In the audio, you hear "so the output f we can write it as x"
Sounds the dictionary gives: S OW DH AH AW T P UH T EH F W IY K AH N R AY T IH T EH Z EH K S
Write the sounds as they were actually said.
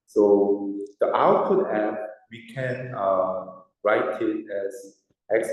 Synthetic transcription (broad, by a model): S OW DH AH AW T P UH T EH P W IY K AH N R AY T IH T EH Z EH K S